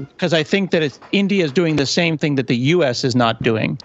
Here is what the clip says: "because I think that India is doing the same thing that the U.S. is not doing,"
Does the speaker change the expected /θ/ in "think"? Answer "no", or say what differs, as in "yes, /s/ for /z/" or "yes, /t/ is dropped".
no